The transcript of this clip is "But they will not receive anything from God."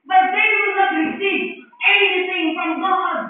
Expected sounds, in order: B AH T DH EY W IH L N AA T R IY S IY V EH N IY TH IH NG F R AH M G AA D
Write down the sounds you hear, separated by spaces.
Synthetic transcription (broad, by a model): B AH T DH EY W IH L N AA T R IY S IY EH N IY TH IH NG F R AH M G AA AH